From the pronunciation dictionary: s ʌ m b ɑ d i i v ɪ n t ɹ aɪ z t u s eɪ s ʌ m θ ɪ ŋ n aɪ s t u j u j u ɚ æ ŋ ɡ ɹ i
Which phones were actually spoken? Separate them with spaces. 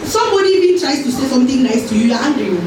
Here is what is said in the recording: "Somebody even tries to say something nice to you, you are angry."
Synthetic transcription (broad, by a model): s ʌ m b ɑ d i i b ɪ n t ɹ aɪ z t u s eɪ s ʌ m t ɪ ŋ n aɪ s t u j u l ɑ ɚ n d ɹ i